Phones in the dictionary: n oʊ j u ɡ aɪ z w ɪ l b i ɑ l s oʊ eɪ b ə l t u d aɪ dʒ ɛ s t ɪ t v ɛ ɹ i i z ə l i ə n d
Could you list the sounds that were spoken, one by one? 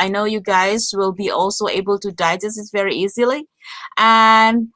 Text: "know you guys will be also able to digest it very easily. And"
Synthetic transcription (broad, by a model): n oʊ j u ɡ aɪ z w ɪ l b i ɑ l s oʊ eɪ b ə l t u d aɪ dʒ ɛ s ɪ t v ɛ ɹ i i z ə l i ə n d